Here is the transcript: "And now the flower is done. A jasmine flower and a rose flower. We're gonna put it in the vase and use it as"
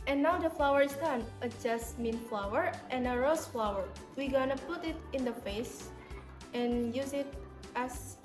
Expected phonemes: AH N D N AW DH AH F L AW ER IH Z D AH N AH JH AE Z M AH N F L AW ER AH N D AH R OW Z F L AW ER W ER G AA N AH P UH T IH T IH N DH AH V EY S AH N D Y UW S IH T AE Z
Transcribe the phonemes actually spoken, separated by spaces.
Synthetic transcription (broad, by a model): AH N N AW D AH F L AW ER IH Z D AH N AH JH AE S M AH N F L AW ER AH N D AH R OW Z F L AW ER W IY G AA N AH P UH T IH T IH N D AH F EY S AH N Y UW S IH T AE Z